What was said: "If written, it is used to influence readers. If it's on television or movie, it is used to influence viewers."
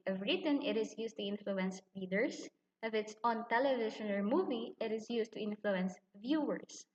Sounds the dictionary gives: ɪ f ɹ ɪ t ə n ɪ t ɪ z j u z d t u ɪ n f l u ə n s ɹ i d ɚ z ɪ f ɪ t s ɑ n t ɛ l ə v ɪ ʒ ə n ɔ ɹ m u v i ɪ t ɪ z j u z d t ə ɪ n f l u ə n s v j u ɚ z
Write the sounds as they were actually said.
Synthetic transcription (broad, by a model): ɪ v ɹ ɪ t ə n ɪ t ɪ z j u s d t u ɪ n f l u ə n s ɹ i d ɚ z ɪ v ɪ t s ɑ n t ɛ l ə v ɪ ʃ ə n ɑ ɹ m u v i ɪ t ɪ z j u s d t ə ɪ n f l u ə n s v j u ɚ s